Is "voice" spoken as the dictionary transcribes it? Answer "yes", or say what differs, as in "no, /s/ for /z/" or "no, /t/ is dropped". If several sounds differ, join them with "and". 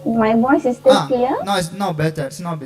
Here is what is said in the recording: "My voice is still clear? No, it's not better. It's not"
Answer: no, /b/ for /v/